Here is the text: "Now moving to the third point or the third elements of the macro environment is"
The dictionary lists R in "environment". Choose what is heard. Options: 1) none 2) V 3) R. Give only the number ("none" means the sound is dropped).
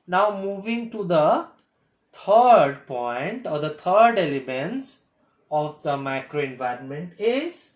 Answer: 3